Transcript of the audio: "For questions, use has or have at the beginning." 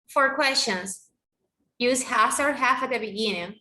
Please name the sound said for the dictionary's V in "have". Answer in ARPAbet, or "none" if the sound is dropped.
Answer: F